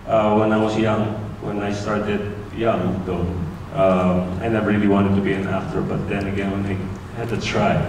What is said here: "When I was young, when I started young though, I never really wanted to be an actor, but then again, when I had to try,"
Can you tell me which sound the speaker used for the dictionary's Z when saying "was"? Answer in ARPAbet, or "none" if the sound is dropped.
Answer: S